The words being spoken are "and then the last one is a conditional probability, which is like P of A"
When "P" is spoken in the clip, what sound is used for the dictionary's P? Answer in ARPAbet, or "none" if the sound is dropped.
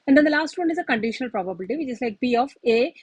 B